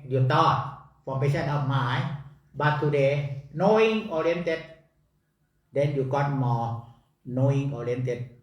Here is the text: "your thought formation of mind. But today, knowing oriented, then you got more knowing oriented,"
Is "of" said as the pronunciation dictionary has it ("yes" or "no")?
no